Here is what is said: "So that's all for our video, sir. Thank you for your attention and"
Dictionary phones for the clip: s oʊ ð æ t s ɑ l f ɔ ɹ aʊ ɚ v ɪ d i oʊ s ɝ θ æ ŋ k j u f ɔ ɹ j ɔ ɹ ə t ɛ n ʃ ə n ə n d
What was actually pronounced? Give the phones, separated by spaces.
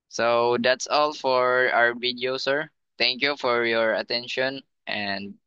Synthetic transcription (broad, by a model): s oʊ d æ t s ɑ l f ɔ ɹ aʊ ɚ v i d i oʊ s ɝ t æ ŋ k j u f ɔ ɹ j ɔ ɹ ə t ɛ n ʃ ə n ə n d